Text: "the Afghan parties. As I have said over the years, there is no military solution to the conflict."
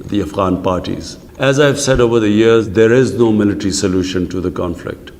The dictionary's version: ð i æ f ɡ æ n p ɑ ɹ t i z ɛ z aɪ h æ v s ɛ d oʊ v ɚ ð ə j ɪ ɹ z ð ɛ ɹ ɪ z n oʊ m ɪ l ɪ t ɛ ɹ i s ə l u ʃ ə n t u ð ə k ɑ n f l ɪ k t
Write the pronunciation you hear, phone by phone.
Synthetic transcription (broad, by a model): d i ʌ f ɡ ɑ n p ɑ ɹ t i z ɛ z aɪ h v s ɛ d oʊ v ɚ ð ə j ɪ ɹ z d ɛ ɹ ɪ z n oʊ m ɪ l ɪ t ɹ i s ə l u ʃ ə n t u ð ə k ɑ n f l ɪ k t